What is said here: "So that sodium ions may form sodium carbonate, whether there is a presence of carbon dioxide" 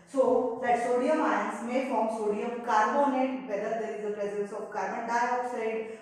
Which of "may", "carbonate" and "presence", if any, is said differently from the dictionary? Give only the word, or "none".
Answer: presence